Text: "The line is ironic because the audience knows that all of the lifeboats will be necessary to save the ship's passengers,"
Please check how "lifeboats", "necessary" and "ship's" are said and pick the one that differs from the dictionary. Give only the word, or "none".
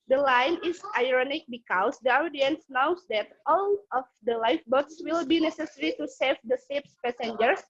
ship's